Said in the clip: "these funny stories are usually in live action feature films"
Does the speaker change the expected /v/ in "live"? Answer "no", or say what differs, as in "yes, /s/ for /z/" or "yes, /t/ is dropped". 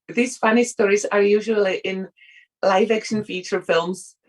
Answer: no